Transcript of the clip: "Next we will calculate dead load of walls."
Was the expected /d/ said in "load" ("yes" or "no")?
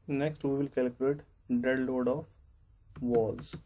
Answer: yes